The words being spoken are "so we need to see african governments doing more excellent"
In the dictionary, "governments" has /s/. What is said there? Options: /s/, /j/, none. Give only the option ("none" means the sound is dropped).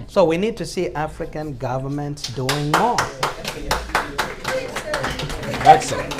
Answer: /s/